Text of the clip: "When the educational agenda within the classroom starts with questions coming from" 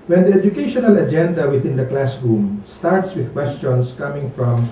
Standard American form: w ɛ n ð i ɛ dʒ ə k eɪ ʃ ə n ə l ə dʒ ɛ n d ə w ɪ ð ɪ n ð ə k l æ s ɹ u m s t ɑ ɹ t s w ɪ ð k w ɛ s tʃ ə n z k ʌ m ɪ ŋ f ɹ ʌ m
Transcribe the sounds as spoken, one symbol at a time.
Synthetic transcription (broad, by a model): w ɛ n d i ɛ dʒ ə k eɪ ʃ ə n ə l ə dʒ ɛ n d ə w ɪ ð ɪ n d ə k l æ s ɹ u m s t ɑ ɹ t s w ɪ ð k w ɛ s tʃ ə n s k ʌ m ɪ ŋ f ɹ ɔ m